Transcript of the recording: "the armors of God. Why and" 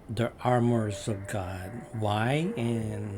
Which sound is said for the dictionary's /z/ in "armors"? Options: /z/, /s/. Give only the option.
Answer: /z/